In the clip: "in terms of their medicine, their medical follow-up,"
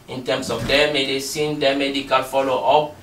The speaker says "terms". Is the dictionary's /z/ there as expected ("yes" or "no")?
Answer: no